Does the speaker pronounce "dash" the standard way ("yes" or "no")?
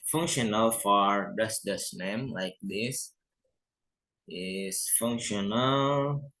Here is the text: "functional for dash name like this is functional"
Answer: no